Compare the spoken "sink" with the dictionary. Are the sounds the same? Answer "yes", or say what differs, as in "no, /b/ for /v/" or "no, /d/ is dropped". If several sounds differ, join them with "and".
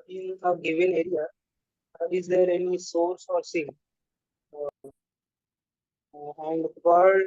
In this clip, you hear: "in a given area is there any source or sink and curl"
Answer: no, /k/ is dropped